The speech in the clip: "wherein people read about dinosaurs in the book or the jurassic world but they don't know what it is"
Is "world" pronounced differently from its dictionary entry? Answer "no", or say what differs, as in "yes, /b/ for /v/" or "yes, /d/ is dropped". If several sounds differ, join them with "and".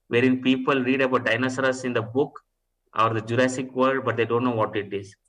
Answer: yes, /l/ is dropped